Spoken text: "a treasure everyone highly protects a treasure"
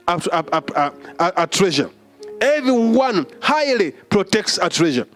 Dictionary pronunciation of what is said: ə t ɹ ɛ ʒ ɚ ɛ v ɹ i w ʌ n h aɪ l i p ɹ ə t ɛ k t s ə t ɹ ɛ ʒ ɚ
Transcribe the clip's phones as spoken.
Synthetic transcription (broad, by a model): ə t ɹ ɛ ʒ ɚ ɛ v ɹ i w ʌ n h aɪ l i p ɹ ə t ɛ k t s ə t ɹ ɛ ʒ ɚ